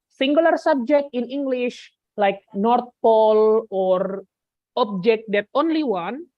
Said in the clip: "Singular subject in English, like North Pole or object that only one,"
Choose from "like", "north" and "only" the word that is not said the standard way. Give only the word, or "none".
north